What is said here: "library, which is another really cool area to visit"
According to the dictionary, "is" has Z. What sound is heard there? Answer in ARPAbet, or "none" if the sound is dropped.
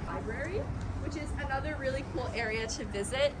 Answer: Z